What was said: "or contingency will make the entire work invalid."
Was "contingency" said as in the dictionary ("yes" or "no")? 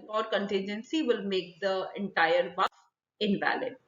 yes